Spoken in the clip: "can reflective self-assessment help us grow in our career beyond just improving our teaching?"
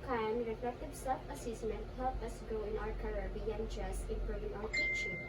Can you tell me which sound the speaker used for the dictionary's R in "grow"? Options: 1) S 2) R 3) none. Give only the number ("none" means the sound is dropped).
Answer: 3